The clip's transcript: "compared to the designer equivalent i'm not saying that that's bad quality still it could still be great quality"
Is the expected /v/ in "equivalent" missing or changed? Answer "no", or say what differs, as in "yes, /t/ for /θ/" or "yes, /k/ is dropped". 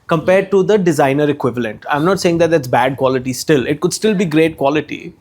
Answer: no